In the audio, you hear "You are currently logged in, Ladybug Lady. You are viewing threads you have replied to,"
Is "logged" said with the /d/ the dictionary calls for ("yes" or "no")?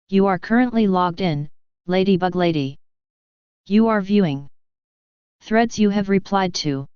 yes